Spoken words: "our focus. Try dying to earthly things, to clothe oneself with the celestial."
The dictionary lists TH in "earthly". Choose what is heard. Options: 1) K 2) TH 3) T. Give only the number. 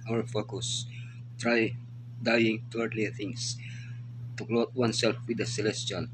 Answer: 3